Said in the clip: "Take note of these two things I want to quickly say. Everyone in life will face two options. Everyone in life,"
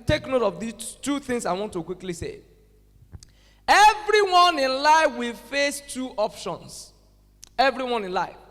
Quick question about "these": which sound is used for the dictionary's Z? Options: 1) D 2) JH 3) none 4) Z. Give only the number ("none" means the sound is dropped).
3